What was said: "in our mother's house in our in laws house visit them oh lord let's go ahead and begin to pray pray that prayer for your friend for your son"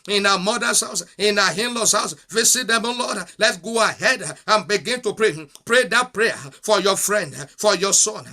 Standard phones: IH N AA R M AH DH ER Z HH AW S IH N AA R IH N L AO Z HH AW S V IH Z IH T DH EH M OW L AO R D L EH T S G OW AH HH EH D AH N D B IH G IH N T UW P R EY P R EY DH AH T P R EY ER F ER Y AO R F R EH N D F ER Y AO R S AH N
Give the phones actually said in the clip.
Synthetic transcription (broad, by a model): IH N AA M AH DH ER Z HH AW S IH N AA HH IH N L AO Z HH AW S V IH S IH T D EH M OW L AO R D L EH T G OW AH HH EH D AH N B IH G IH N T UW P R EY P R EY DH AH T P R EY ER F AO Y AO F R EH N D F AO Y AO S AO N